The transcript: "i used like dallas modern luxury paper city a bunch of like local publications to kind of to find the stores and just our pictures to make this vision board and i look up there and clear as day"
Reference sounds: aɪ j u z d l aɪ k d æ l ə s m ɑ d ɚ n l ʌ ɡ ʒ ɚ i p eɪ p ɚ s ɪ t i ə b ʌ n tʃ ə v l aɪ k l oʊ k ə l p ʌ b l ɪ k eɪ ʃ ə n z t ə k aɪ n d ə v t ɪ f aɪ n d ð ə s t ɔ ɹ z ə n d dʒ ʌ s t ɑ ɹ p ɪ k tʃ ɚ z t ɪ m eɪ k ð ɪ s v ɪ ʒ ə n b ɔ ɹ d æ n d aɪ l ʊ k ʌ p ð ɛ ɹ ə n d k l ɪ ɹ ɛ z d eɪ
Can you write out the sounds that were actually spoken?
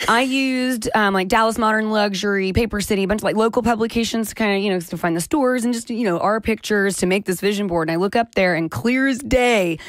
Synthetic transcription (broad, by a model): aɪ j u z d l aɪ k d æ l ə s m ɑ d ɚ n l ʌ ɡ ʒ ɚ i p eɪ p ɚ s ɪ t i ə b ʌ n tʃ ə v l aɪ k l oʊ k l p ʌ b l ɪ k eɪ ʃ ə n z t ə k aɪ n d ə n t ɪ f aɪ n ð ə s t ɔ ɹ z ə n dʒ ʌ s t ɑ ɹ p ɪ k tʃ ɚ z t ɪ m eɪ k ð ɪ s v ɪ ʒ ə n b ɔ ɹ d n aɪ l ʊ k ʌ p ð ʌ ɹ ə n k l ɪ ɹ z d eɪ